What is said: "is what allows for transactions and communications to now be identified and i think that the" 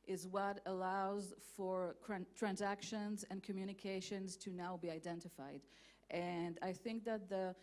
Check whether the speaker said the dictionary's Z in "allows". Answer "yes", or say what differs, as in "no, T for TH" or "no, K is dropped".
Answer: yes